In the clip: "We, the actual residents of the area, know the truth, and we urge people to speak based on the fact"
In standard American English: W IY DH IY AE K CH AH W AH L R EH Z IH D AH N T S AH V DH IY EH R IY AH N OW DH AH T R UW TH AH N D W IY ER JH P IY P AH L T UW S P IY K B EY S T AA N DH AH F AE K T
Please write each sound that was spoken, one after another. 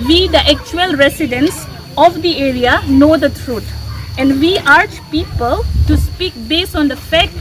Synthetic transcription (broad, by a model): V IY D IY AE K CH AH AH L R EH S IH D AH N S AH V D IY EH R IY AH N OW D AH T R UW T AH N D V IY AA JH P IY P AH L T UW S P IY K B EY S T AA N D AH F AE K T